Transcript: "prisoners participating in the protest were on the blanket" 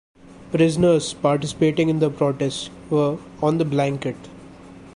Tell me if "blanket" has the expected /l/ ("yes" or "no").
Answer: yes